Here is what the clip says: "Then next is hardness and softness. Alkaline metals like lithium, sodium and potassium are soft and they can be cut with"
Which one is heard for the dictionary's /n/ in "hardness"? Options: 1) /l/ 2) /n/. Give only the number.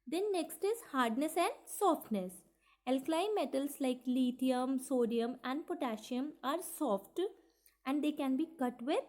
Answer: 2